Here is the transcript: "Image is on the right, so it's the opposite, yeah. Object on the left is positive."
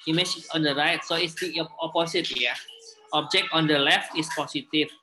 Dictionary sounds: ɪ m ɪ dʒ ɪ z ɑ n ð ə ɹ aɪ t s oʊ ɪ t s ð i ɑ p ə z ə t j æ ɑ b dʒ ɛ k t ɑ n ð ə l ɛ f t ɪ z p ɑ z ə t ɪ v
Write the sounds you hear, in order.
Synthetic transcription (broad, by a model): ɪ m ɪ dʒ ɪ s ɑ n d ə ɹ aɪ t s oʊ ɪ t s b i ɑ p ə s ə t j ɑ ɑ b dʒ ɛ k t ɑ n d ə l ɛ f t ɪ s p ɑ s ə t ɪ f